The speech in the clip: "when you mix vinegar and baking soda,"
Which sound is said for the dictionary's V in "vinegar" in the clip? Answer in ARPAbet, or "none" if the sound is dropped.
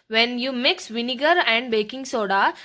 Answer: V